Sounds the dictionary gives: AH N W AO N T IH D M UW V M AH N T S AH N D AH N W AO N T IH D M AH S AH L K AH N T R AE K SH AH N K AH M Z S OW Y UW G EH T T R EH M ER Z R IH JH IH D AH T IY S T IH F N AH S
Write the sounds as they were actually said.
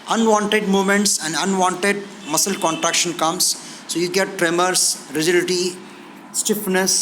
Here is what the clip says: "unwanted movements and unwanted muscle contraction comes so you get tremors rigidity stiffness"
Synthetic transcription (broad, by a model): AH N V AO N T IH D M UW M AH N T S AH N D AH N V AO N T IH D M AH S AH L K AH N T R AE K SH AH N K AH M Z S OW Y UW G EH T T R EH M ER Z R IH JH IH D AH T IY S T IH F N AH S